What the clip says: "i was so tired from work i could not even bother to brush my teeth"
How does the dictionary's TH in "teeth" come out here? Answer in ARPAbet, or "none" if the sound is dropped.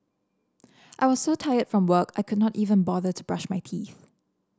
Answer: TH